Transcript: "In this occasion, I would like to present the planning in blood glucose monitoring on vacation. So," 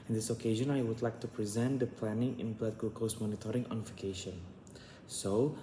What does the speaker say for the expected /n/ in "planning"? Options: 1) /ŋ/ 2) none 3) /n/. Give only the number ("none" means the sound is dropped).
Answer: 3